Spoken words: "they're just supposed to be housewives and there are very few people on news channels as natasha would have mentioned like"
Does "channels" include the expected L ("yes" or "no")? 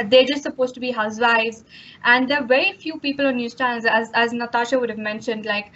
no